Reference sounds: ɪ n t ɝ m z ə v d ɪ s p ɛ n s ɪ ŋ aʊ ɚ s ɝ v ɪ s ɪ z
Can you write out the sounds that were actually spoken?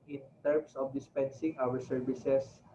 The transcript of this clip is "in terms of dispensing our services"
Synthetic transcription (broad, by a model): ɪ n t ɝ m s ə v d ɪ s p ɛ n s ɪ ŋ aʊ ɚ s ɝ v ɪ s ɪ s